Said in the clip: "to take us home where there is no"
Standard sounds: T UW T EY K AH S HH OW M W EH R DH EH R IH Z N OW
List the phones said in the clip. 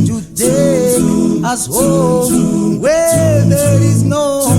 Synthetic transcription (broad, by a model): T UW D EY AH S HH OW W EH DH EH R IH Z N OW